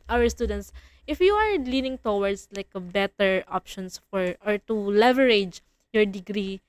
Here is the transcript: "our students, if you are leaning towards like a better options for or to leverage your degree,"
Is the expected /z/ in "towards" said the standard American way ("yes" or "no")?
no